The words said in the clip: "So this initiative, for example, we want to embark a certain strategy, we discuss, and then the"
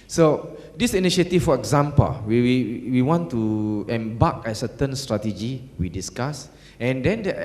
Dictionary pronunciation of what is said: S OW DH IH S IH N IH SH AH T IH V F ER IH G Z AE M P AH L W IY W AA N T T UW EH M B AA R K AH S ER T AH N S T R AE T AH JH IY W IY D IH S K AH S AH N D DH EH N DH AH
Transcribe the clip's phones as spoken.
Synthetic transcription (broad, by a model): S OW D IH S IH N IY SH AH T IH F F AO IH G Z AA M P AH L W IY W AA N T T UW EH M B AA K AH S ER T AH N S T R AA T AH JH IY W IY D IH S K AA S AH N D EH N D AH